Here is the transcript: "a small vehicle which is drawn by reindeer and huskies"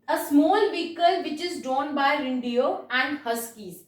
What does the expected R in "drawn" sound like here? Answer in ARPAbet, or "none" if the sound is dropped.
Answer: none